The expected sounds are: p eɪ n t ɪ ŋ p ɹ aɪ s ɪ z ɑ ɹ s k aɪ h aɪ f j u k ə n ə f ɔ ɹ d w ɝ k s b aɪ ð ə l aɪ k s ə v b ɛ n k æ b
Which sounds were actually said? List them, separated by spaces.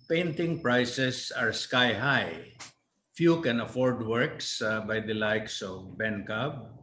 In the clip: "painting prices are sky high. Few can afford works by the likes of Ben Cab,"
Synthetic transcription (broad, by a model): p eɪ n t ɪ ŋ p ɹ aɪ s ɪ s ɑ ɹ s k aɪ h aɪ f j u k ə n ə f ɔ ɹ d w ɝ k s b aɪ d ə l aɪ k s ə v b ɛ n k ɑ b